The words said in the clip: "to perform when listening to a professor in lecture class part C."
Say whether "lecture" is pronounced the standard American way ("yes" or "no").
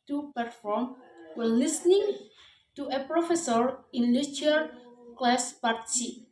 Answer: no